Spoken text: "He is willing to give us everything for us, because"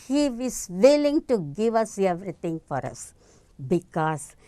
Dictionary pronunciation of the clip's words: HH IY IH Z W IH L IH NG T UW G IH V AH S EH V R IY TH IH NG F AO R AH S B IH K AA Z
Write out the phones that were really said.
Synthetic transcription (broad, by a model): HH IY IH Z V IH L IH NG T UW G IH V AH S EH V R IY T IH NG F AO R AH S B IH K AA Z